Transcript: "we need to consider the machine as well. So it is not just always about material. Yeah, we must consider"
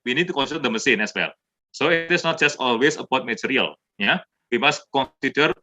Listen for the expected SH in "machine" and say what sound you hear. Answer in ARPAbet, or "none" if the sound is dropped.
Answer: S